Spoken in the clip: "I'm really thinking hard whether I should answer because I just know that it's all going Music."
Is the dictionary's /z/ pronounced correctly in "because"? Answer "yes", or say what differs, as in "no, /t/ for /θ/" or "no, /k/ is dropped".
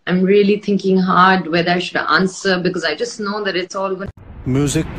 yes